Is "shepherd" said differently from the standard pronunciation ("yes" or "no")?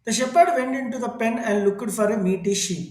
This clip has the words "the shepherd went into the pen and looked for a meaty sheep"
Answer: no